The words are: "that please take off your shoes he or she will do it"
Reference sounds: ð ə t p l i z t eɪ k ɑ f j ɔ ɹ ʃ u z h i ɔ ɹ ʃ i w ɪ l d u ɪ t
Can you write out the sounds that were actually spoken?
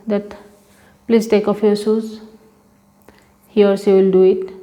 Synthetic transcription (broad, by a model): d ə t p l i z t eɪ k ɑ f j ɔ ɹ s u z h i ɔ ɹ s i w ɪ l d u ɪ t